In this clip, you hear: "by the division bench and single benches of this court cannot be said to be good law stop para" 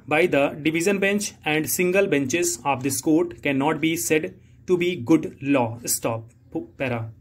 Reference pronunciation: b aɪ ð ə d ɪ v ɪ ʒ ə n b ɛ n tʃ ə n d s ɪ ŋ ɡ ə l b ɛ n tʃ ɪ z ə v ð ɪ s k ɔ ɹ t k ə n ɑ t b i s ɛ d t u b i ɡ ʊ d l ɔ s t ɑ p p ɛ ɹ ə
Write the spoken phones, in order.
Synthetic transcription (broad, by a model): b aɪ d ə d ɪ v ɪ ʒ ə n b ɛ n tʃ ə n d s ɪ ŋ ɡ ə l b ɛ n tʃ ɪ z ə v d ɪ s k ɔ ɹ t k ə n ɑ t b i s ɛ d t u b i ɡ ʊ d l ɔ s t ɑ p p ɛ ɹ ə